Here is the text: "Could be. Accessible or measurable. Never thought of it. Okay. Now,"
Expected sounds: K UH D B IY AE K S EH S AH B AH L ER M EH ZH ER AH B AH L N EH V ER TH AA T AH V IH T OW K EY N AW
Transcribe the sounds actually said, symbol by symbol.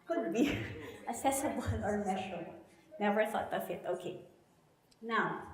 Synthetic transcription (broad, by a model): K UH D B IY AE S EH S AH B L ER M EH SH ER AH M N EH V ER TH AA T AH F IH T OW K EY N AW